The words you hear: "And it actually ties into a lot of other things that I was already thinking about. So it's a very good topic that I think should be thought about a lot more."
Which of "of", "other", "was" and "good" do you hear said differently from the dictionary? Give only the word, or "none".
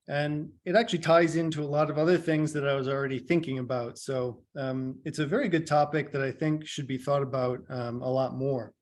none